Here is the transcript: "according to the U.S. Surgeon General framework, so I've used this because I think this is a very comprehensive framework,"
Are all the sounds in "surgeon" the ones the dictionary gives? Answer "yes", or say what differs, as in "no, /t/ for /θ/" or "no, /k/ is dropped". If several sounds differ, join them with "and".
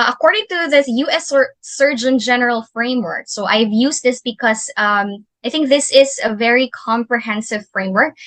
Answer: yes